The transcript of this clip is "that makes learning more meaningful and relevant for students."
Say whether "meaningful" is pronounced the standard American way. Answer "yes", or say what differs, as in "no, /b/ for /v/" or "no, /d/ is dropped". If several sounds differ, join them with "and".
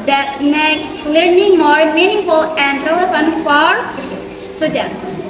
no, /ŋ/ is dropped